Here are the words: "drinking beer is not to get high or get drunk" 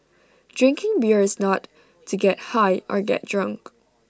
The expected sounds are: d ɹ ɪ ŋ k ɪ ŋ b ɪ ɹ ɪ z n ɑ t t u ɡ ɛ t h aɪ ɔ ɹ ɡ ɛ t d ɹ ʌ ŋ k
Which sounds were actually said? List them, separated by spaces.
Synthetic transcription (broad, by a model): d ɹ ɪ ŋ k ɪ ŋ b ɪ ɹ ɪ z n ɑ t t u ɡ ɛ t h aɪ ɔ ɹ ɡ ɛ t d ɹ ʌ ŋ k